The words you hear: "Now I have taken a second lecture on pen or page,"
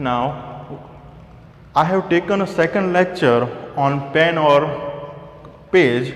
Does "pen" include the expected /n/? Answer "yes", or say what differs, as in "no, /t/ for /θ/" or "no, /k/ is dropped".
yes